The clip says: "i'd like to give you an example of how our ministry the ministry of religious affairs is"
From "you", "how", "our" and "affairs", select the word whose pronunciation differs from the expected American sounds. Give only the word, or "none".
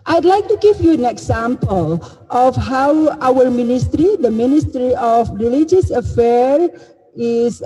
affairs